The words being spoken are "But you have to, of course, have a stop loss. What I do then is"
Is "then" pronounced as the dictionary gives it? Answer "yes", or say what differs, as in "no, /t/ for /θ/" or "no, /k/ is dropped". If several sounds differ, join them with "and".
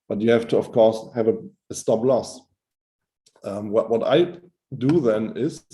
yes